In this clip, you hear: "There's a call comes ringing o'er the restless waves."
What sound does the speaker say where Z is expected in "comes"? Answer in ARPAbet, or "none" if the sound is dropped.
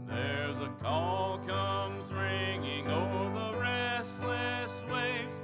Z